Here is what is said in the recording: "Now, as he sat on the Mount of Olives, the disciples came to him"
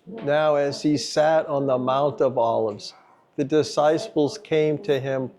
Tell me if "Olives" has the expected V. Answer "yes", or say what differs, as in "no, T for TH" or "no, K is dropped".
yes